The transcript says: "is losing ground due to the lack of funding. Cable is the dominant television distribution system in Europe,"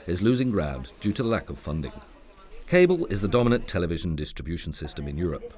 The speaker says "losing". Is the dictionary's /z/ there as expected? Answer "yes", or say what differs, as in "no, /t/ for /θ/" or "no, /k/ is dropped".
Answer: yes